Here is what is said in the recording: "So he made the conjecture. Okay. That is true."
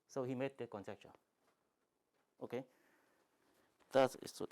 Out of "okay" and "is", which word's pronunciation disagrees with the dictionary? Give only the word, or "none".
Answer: is